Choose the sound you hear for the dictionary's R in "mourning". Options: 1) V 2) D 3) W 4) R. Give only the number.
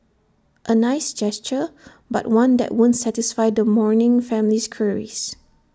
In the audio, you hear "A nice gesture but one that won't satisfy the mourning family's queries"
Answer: 4